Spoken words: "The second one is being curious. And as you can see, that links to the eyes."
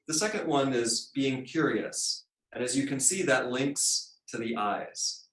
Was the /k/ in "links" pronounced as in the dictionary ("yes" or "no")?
yes